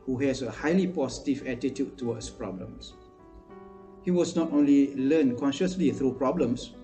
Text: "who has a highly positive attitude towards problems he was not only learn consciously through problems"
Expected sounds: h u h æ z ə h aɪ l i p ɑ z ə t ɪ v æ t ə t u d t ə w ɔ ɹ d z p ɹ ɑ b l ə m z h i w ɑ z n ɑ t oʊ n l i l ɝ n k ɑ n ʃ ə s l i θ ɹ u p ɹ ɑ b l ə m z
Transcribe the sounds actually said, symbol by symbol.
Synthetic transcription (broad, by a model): h u h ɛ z ə h aɪ l i p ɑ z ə t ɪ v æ t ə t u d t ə w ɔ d s p ɹ ɑ b l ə m s h i w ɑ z n ɑ t oʊ n l i l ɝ n k ɑ n ʃ ə s l i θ ɹ u p ɹ ɑ b l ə m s